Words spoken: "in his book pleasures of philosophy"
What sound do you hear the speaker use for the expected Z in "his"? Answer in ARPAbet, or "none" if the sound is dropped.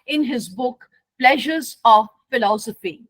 Z